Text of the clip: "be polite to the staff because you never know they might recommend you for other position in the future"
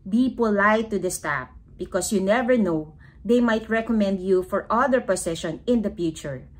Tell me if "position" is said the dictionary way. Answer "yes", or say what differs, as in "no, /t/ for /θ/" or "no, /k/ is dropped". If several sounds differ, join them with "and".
no, /s/ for /z/